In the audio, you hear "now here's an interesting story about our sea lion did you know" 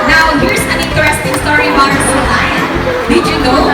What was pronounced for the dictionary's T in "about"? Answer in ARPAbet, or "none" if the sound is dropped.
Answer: none